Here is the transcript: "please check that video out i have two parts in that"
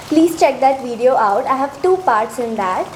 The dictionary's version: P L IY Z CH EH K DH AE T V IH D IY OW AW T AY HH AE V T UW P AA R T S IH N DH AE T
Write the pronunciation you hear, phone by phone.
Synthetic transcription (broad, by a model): P L IY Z CH EH K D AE T V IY D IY OW AW T AY HH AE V T UW P AA R T S IH N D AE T